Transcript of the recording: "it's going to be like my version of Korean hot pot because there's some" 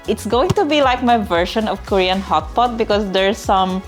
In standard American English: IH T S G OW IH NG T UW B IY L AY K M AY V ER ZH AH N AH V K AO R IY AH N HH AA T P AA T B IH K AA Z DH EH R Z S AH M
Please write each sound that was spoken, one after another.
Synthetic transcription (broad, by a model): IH T S G OW IH NG T UW B IY L AY K M AY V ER SH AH N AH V K AO R IY AH N HH AA T P AA T B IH K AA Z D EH R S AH M